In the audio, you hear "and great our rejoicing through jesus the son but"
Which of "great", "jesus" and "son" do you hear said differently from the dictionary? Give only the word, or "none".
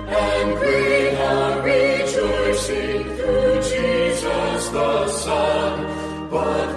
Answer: great